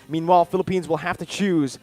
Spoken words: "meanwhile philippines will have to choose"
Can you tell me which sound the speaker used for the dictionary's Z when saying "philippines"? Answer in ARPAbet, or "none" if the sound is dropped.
Z